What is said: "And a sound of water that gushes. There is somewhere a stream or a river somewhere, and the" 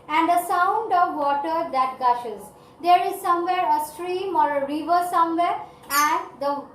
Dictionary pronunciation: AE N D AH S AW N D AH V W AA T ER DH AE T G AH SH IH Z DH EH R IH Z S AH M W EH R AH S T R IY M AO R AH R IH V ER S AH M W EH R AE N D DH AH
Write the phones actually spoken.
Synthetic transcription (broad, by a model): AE N D AH S AW N D AH V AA T ER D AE T G AH SH IH Z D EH R IH Z S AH M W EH R AH S T R IY M AO R AH R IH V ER S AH M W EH R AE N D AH